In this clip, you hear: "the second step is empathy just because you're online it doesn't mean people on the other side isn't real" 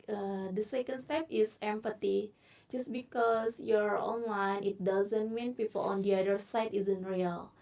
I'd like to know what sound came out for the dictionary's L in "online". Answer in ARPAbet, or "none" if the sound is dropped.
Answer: W